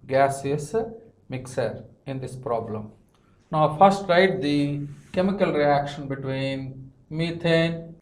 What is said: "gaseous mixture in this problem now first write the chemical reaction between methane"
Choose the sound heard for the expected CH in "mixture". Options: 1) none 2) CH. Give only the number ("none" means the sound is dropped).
1